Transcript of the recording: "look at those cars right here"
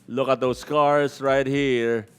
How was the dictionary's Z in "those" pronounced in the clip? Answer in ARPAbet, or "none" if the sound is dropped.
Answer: S